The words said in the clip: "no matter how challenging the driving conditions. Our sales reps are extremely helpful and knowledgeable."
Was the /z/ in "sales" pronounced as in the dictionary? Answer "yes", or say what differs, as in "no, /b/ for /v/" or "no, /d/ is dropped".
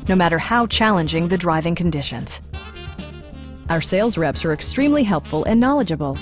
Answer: yes